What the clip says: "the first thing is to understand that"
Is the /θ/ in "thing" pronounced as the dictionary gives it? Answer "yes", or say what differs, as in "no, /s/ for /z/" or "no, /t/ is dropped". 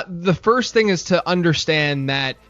yes